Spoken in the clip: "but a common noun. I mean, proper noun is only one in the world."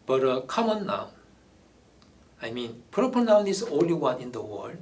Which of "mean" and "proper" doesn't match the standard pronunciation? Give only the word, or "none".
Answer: proper